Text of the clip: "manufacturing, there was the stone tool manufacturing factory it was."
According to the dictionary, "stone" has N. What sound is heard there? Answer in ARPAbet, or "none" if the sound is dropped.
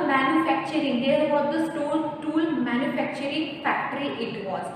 L